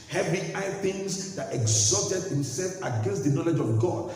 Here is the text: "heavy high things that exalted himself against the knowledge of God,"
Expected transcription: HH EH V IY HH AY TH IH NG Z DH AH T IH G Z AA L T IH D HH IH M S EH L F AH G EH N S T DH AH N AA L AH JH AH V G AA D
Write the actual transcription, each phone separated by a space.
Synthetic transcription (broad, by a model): HH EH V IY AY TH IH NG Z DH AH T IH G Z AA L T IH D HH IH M S EH L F AH G EH N S T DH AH N AA L AH JH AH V G AA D